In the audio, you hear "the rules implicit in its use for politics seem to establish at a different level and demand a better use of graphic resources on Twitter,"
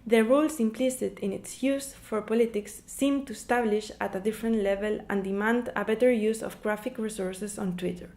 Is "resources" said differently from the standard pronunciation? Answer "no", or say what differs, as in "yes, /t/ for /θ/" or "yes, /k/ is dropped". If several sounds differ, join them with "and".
yes, /s/ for /z/